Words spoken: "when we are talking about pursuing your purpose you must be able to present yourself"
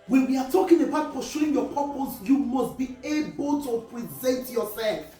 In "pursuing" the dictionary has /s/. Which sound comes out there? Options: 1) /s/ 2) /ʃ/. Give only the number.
2